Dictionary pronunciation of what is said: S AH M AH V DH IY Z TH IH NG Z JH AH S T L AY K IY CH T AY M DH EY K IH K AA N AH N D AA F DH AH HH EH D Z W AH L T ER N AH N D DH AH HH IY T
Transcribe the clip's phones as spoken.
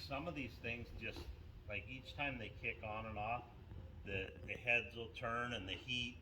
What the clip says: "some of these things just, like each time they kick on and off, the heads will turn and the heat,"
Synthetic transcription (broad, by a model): S AH M AH V DH IY Z TH IH NG Z JH AH S T L AY K IY CH T AY M DH EY K IH K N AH N AA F DH AH HH EH D Z W AH L T ER N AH N DH AH HH IY T